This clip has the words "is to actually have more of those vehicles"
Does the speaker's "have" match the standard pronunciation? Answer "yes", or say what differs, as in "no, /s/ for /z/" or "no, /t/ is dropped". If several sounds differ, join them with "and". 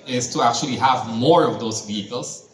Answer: yes